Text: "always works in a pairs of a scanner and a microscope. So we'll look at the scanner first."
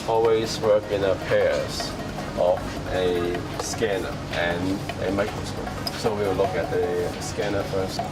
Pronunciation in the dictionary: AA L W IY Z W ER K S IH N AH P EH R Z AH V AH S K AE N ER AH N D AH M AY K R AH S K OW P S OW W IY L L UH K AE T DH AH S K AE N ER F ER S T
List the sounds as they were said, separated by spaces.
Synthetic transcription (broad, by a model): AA L W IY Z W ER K IH N AH P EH R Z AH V AH S K AE N ER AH N AH M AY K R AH S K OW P S OW W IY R L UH K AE T DH AH S K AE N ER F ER S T